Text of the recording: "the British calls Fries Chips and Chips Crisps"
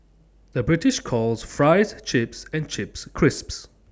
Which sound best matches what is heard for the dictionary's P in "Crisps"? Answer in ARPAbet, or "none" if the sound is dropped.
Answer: P